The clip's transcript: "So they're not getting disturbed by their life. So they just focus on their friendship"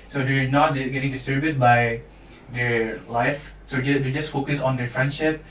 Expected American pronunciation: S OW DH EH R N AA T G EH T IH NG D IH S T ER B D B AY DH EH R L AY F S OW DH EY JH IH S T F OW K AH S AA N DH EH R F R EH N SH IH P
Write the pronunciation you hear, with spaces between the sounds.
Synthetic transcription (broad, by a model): S OW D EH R N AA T G EH T IH NG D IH S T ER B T B AY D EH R L AY F S OW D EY JH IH S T F OW K AH S AA N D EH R F R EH N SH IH P